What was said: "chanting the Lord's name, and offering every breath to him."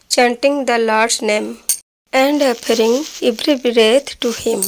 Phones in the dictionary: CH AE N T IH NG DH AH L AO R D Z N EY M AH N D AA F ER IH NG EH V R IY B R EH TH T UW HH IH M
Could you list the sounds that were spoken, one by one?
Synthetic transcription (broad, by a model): CH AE N T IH NG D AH L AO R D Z N EY M AH N D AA P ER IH NG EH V R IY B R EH T T UW HH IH M